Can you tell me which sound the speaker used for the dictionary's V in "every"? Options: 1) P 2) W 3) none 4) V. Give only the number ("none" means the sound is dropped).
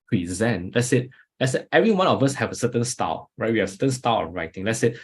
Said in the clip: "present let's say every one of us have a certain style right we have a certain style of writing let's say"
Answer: 4